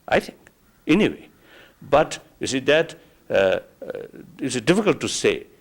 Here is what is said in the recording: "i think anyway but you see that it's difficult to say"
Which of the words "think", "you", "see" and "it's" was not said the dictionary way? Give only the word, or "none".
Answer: think